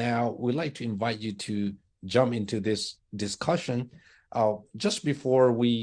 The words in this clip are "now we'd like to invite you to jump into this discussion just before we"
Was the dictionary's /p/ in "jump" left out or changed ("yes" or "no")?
no